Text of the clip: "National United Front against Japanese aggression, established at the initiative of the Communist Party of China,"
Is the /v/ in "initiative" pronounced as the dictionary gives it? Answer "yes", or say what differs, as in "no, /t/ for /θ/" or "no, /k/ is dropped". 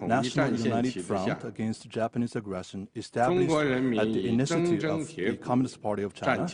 no, /v/ is dropped